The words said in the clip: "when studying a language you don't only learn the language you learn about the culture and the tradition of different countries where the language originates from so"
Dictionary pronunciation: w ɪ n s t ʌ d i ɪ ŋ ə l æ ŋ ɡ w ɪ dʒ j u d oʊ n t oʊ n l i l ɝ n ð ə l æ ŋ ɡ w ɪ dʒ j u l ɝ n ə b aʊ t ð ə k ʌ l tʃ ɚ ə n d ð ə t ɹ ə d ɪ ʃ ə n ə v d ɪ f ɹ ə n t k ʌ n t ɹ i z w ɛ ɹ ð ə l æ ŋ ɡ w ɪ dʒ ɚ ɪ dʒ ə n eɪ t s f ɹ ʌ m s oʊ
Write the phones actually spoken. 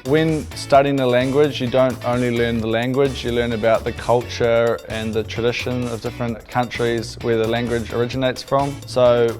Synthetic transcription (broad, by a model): w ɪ n s t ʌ d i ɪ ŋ ə l æ ŋ ɡ w ɪ dʒ j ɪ d oʊ n t oʊ n l i l ɝ n ð ə l æ ŋ ɡ w ɪ dʒ j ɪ l ɝ n ə b aʊ t ð ə k ʌ l tʃ ɚ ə n ð ə t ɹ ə d ɪ ʃ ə n ə v d ɪ f ɹ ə n k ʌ n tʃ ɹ i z w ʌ ɹ ð ə l æ ŋ ɡ w ɪ dʒ ɚ ɪ dʒ ə n eɪ t s f ɹ ʌ m s oʊ